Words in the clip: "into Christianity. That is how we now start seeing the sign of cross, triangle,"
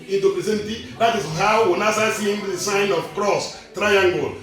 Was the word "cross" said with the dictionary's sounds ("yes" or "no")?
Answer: yes